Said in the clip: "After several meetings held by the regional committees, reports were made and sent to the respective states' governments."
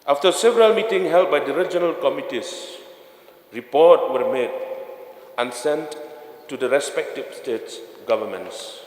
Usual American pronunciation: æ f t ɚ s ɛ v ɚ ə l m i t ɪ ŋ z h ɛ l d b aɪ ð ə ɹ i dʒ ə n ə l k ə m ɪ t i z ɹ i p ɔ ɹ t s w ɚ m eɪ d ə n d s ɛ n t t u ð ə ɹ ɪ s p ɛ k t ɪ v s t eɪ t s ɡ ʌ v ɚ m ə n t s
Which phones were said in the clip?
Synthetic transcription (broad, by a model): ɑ f t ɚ s ɛ v ɚ ə l m i t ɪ ŋ h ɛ l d b aɪ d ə ɹ i dʒ ə n ə l k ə m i t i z ɹ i p ɔ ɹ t w ɚ m eɪ d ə n s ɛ n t t u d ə ɹ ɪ s p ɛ k t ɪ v s t eɪ t s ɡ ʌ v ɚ m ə n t s